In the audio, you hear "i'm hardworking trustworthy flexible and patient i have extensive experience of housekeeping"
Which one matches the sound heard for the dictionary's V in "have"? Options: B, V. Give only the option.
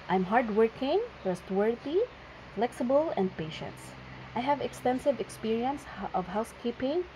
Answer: V